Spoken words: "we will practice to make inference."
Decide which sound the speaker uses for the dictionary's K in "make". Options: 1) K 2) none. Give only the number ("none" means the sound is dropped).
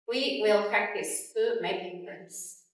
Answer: 2